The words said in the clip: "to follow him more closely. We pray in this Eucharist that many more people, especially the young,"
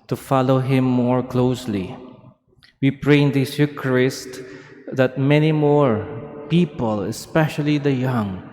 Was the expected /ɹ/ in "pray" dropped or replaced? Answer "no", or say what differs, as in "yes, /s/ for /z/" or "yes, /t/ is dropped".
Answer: no